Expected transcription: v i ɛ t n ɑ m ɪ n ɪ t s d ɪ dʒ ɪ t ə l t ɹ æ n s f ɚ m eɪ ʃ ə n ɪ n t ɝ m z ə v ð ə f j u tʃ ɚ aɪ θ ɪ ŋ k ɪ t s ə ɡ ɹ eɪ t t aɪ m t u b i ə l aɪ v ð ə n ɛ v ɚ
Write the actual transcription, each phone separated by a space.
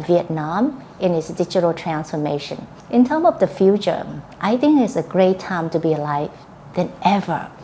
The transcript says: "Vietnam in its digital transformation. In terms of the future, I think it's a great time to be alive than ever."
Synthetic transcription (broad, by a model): v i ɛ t n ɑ m ɪ n ɪ t s d ɪ dʒ ɪ t ə l t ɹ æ n s f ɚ m eɪ ʃ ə n ɪ n t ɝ m ə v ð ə f j u tʃ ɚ aɪ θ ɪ ŋ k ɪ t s ə ɡ ɹ eɪ t t aɪ m t u b i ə l aɪ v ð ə n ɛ v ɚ